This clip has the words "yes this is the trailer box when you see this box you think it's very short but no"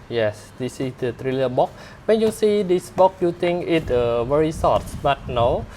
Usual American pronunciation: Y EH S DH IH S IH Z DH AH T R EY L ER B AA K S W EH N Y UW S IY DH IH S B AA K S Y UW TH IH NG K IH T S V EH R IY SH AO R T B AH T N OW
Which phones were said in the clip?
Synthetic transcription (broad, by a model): Y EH S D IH S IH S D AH T R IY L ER B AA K W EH N Y UW S IY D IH S B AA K Y UW T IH NG K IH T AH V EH R IY S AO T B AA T N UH